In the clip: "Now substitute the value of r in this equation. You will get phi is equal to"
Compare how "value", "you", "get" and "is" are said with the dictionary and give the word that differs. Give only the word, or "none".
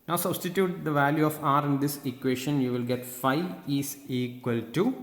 is